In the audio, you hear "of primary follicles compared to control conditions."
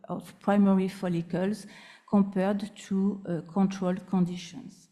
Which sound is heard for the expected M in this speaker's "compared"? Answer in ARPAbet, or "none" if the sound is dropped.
none